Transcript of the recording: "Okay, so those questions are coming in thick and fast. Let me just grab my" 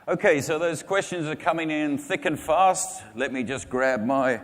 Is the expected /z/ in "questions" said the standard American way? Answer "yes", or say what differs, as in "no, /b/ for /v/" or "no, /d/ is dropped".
yes